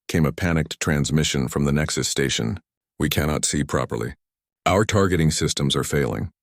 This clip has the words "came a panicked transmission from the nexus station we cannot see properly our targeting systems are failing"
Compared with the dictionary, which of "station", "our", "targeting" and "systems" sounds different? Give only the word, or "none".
none